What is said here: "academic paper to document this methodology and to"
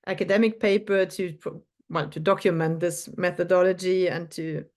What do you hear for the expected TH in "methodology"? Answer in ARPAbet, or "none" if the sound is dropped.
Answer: TH